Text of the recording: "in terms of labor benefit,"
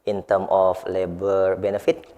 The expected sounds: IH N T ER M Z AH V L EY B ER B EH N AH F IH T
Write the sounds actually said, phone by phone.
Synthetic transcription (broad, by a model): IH N T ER M AH F L EY B ER B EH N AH F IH T